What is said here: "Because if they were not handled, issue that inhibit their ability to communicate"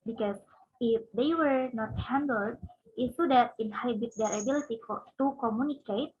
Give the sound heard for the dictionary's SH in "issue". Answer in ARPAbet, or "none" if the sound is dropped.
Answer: S